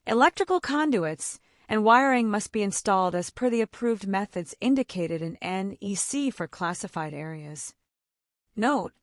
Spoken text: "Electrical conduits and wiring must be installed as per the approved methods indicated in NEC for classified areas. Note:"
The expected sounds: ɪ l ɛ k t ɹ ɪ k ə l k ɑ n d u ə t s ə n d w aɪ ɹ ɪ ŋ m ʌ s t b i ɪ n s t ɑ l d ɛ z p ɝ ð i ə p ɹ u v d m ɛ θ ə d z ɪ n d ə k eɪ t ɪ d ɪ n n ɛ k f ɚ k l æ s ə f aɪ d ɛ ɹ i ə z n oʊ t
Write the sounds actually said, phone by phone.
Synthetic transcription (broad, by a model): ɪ l ɛ k t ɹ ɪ k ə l k ɑ n d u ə t s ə n w aɪ ɹ ɪ ŋ m ʌ s t b i ɪ n s t ɑ l d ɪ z p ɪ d i ə p ɹ u v d m ɛ θ ə d z ɪ n d ə k eɪ t ɪ d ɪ n n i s f ɚ k l æ s ə f aɪ d ɛ ɹ i ə z n oʊ t